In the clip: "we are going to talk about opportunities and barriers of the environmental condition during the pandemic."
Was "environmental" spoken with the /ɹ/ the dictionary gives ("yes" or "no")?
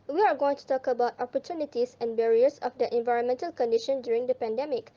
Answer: yes